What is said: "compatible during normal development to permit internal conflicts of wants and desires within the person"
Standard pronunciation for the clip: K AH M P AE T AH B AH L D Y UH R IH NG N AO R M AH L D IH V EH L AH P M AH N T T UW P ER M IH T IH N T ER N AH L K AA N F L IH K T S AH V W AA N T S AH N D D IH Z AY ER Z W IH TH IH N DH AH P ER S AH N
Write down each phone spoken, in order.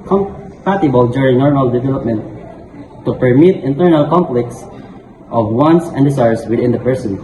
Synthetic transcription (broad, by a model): K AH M P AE T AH B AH L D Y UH R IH NG N AO R M AH L D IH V EH L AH P M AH N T T UW P ER M IH T IH N T ER N AH L K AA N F L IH K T S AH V W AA N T S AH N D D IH S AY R S W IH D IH N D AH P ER S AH N